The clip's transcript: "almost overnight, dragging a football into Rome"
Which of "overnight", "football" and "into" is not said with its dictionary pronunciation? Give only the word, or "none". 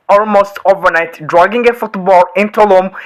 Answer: none